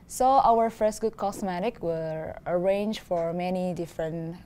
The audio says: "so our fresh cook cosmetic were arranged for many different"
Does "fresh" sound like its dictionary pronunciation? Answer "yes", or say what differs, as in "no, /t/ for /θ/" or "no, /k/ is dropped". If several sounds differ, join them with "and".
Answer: no, /ɹ/ is dropped